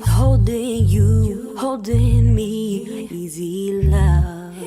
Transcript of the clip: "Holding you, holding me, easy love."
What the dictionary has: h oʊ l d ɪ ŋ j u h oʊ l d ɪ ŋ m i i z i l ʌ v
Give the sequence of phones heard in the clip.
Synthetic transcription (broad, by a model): h oʊ l d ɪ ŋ j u h oʊ l d ɪ ŋ m i i z i l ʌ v